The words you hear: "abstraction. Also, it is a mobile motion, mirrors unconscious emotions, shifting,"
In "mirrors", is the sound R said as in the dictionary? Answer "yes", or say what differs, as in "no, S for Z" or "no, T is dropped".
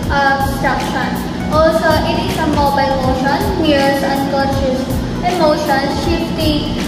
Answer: no, R is dropped